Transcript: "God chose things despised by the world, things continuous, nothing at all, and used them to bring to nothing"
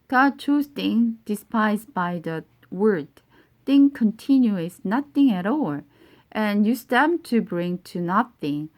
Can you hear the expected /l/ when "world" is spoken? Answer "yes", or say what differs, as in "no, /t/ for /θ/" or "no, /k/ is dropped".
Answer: no, /l/ is dropped